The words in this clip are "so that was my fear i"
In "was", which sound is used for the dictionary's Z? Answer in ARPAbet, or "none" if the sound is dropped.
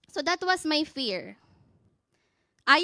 S